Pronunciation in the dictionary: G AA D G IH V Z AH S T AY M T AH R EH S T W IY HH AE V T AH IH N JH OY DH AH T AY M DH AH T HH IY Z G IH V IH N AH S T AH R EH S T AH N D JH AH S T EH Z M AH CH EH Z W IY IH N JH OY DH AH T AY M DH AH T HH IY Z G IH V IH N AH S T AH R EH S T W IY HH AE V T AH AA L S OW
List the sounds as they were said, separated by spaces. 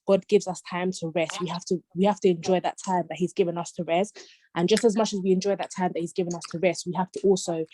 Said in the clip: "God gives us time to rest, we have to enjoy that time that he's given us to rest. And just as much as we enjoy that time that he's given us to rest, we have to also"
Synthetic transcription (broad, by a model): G AA D G IH V Z AH S T AY M T AH R EH S T W IY HH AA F T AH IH N JH OY DH AH T AY M DH AH T HH IY Z G IH V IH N AH S T AH R EH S T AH N JH AH S T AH Z M AH CH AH Z W IY IH N JH OY DH AH T AY M DH AH T HH IY Z G IH V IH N AH S T AH R EH S T W IY HH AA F T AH AA L S OW